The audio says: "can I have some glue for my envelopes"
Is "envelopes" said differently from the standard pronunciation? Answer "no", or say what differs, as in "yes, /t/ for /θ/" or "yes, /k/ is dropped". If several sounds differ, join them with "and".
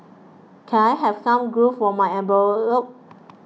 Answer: yes, /b/ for /v/ and /s/ is dropped